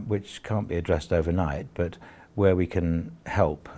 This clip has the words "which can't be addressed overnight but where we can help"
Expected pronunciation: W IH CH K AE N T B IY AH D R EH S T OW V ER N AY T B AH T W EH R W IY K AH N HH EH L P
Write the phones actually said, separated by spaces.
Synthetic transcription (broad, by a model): W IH CH K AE N B IY AH D R EH S T OW V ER N AY T B AH T W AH R W IY K AH N HH EH L P